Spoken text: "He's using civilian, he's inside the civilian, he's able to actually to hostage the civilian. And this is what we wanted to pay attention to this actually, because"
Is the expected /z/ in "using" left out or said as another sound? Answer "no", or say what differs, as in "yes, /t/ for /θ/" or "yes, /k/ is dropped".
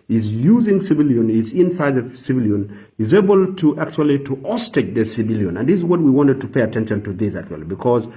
no